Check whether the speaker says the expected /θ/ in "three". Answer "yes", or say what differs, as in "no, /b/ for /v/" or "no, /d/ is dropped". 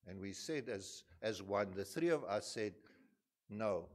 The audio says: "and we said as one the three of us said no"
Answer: yes